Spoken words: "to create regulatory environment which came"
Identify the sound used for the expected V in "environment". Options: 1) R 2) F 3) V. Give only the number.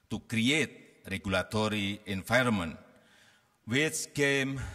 2